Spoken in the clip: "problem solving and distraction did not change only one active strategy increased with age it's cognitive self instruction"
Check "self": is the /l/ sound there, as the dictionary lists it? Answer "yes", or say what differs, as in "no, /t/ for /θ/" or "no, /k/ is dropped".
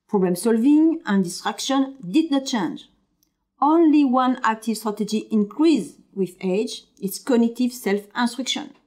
yes